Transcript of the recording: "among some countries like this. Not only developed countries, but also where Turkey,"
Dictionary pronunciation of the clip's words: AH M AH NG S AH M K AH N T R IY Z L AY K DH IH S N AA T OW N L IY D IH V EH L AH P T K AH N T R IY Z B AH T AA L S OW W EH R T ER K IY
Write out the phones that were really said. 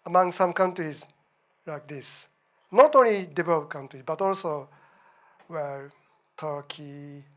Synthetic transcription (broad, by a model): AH M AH NG S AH M K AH N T R IY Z L AY K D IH S N AA T OW N L IY D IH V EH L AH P K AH N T R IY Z B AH T AA L S OW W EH L T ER K IY